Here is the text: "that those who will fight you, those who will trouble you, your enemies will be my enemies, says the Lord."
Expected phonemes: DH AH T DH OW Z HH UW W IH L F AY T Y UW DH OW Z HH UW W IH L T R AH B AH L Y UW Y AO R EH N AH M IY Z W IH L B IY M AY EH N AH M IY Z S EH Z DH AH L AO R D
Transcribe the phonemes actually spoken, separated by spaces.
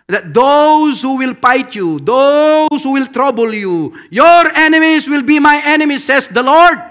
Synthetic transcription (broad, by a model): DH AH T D OW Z HH UW W IH L P AY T Y UW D OW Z HH UW W IH L T R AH B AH L Y UW Y AO R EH N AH M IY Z W IH L B IY M AY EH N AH M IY S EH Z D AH L AO R D